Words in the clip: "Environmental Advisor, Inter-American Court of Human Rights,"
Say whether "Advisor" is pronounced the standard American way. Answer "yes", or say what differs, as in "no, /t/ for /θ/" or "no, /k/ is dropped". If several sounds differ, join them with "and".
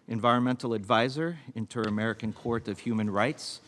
yes